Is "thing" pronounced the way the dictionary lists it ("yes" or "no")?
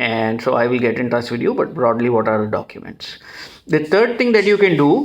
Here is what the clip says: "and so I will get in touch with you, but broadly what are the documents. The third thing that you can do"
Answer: no